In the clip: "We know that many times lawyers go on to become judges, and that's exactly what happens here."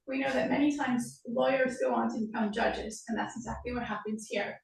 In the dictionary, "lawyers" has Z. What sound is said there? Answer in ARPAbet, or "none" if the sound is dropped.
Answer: Z